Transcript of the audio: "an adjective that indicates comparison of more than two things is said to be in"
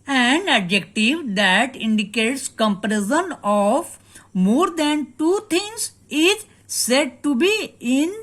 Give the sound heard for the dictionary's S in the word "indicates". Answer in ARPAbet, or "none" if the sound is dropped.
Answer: S